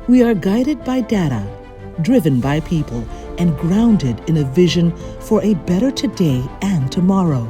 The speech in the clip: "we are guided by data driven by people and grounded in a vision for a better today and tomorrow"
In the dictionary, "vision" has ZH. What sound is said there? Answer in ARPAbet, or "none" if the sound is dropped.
ZH